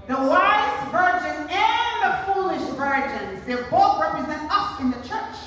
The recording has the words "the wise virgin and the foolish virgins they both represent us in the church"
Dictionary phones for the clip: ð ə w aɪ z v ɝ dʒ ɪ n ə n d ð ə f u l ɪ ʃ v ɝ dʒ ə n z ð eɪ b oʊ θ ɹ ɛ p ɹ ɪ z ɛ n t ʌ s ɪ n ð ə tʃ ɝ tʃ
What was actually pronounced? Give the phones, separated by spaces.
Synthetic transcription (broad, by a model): ð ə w aɪ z v ɝ dʒ ɪ n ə n ð ə f u l ɪ ʃ v ɝ dʒ ə n z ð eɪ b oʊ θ ɹ ɛ p ɹ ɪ z ɛ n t ʌ s ɪ n ð ə tʃ ɝ tʃ